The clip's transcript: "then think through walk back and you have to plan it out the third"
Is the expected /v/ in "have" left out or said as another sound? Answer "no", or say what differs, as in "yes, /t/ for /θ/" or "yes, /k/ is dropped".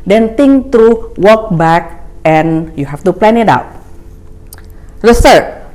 yes, /f/ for /v/